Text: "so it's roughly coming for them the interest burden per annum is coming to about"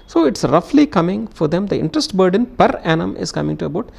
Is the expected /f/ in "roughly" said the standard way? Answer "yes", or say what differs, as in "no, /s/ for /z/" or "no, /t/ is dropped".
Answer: yes